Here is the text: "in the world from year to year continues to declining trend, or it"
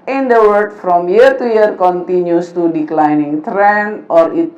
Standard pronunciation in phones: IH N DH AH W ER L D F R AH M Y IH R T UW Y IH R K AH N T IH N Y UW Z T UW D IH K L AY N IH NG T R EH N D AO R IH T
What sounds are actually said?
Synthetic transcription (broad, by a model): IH N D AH W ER D F R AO M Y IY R T UW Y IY R K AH N T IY N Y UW S T UW D IH K L AY N IH NG T R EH N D AO R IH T